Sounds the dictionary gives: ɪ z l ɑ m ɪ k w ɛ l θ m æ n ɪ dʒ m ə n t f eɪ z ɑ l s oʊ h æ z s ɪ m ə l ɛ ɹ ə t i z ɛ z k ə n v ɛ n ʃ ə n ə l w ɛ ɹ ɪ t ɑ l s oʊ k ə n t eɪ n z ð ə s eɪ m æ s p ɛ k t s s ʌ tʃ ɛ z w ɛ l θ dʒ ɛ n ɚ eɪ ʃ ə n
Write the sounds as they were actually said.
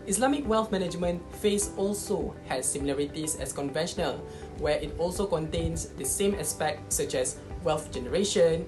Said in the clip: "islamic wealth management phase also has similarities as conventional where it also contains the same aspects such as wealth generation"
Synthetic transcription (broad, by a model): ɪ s l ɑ m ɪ k w ɛ l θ m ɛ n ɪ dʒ m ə n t f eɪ s ɑ l s oʊ h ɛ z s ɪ m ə l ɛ ɹ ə t i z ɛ s k ə n v ɛ n ʃ ə n ə l w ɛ ɪ t ɑ l s oʊ k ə n t eɪ n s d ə s eɪ m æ s p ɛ k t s s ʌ tʃ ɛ s w ɛ l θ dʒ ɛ n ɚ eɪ ʃ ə n